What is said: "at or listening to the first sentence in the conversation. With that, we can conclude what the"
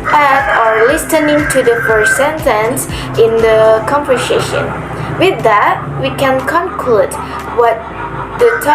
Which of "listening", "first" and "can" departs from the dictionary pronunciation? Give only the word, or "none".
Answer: first